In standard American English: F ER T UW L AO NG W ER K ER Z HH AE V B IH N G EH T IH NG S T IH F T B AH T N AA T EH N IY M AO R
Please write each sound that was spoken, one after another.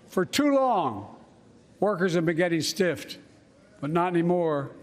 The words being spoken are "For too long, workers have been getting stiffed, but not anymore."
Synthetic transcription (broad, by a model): F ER T UW L AO NG W ER K ER Z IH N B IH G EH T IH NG S T IH F T B AH T N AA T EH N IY M AO R